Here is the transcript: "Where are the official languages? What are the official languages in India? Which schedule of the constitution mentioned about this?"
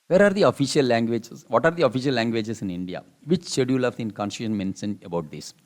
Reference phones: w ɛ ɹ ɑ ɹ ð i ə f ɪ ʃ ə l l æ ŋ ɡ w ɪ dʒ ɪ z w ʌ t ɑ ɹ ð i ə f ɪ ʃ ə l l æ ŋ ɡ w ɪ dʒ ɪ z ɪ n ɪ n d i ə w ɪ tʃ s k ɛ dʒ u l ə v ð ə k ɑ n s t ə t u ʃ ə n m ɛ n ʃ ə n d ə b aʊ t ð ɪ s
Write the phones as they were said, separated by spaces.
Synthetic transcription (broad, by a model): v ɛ ɹ ɑ ɹ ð i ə f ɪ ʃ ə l l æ ŋ ɡ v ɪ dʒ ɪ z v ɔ t ɑ ɹ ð i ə f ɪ ʃ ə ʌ l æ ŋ ɡ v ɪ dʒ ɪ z ɪ n ɪ n d i ə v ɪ tʃ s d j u l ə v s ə k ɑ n s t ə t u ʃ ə n m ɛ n s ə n ə b aʊ t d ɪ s